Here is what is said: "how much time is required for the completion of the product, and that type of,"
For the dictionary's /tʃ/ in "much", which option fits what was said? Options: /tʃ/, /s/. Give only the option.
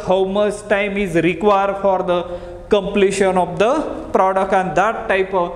/s/